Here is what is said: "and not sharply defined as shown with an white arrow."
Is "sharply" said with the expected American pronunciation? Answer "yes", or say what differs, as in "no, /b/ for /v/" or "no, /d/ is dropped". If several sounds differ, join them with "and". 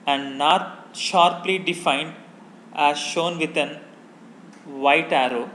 yes